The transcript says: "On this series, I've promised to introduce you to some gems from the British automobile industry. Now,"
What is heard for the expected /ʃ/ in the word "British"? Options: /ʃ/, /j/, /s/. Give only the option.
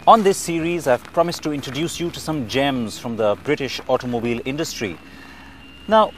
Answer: /ʃ/